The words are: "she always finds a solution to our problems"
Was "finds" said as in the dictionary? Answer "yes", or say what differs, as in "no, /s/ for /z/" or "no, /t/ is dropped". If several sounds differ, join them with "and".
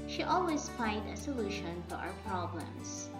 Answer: no, /z/ is dropped